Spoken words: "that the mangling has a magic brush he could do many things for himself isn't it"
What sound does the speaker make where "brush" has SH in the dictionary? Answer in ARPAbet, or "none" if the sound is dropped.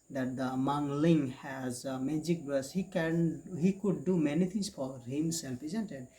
S